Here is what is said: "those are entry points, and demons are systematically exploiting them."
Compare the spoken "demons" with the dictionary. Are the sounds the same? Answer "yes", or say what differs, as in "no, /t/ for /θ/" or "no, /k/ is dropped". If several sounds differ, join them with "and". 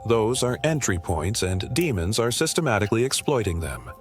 yes